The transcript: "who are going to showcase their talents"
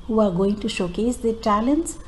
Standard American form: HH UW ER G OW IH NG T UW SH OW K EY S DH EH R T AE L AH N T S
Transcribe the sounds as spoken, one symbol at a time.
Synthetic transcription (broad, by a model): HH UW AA G OW IH NG T UW SH OW K EY S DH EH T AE L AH N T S